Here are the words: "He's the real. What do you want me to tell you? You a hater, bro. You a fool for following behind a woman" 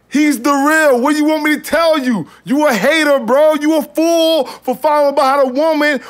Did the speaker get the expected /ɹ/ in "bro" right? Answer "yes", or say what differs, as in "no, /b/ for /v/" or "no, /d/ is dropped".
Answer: yes